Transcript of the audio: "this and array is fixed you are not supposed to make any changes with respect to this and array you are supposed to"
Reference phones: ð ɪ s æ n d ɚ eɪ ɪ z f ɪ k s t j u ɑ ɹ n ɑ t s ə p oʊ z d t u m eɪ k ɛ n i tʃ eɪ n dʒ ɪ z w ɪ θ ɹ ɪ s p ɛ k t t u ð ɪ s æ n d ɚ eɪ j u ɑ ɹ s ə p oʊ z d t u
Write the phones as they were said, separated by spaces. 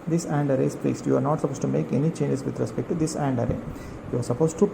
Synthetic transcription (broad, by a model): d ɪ s æ n d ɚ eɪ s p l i s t j u ɑ ɹ n ɑ t s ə p oʊ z t u m eɪ k ɛ n i tʃ eɪ n dʒ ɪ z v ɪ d ɹ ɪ s p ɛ k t t u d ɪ s æ n d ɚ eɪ j u ɑ ɹ s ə p oʊ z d t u